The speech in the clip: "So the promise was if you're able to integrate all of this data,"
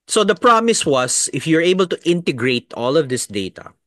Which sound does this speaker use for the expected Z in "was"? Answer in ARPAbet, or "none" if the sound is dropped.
S